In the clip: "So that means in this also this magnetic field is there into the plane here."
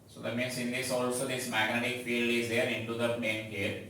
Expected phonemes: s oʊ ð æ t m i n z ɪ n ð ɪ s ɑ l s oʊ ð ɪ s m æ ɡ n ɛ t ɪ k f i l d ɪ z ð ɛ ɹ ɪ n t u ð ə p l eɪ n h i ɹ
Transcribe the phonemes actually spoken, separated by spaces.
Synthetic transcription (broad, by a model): s oʊ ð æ t m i n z ɪ n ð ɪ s ɑ l s oʊ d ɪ s m æ ɡ n ɛ t ɪ k f i l d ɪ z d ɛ ɹ ɪ n t u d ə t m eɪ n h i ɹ